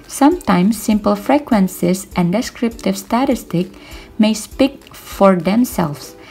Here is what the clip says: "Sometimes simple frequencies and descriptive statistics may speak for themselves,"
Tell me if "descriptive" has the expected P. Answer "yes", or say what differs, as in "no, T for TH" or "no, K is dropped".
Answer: yes